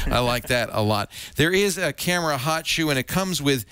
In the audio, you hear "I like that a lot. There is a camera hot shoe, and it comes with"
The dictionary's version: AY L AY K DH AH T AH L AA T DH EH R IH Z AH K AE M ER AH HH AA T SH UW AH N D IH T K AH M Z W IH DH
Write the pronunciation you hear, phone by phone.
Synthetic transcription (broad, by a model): AY L AY K DH AH T AH L AA T DH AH R IH Z AH K AE M ER AH HH AA T SH UW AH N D IH T K AH M Z W IH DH